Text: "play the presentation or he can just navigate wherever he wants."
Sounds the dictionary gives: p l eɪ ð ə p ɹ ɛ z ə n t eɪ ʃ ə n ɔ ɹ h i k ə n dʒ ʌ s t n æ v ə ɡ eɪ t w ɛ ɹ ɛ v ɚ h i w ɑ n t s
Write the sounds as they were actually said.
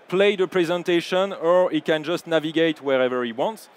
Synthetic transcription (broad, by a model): p l eɪ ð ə p ɹ ɛ z ə n t eɪ ʃ ə n ɔ ɹ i k ə n dʒ ʌ s t n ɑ v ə ɡ eɪ t w ɛ ɹ ɛ v ɚ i w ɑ n t s